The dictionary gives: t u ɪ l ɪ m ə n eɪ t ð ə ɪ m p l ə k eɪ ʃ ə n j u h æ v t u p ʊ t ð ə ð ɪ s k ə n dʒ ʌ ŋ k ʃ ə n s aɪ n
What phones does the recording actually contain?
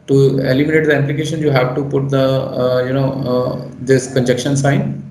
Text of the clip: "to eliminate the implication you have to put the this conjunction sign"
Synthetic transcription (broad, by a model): t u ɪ l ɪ m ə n eɪ t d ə ɪ m p l ə k eɪ ʃ ə n j u h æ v t u p ʊ t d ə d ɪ s k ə n dʒ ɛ k ʃ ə n s aɪ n